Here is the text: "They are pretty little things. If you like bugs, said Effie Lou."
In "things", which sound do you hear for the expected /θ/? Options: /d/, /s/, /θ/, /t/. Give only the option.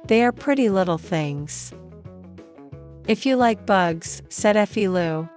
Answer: /θ/